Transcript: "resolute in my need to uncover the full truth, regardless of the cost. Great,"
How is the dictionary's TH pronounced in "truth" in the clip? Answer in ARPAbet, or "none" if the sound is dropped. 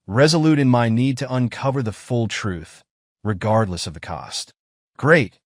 TH